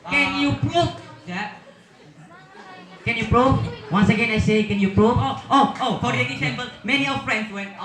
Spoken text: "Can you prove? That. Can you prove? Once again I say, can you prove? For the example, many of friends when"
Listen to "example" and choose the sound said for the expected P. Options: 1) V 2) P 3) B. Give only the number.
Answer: 3